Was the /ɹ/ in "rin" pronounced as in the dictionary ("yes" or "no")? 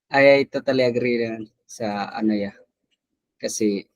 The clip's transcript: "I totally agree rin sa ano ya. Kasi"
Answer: no